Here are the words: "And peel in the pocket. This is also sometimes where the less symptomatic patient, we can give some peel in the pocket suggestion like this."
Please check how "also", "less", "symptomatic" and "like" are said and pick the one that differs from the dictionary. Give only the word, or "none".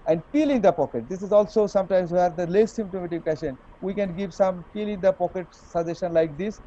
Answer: symptomatic